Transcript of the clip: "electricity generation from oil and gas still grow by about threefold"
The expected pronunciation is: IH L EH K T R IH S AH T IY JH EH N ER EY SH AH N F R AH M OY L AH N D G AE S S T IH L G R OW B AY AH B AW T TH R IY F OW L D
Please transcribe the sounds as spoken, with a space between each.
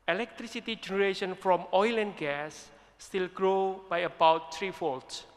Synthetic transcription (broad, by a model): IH L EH K T R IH S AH T IY JH EH N ER EY SH AH N F R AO M OY L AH N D G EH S S T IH L G R OW B AY AH B AW T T R IY F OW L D